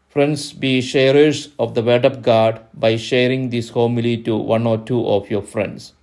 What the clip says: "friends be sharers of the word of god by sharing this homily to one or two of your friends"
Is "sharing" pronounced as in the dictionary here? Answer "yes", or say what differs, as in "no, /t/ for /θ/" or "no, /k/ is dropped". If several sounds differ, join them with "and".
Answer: yes